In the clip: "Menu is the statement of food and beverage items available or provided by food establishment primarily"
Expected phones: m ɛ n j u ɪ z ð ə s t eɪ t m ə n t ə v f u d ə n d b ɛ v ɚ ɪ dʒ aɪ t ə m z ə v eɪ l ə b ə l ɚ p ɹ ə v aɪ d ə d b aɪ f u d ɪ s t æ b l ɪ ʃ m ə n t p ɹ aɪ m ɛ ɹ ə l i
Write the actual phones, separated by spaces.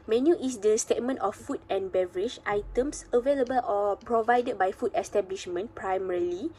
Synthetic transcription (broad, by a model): m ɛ n j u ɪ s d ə s t eɪ t m ə n t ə f u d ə n b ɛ v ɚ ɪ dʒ aɪ t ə m s ə v eɪ l ə b ə l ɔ p ɹ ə v aɪ d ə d b aɪ f u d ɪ s t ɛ b l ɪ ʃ m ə n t p ɹ aɪ m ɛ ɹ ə l i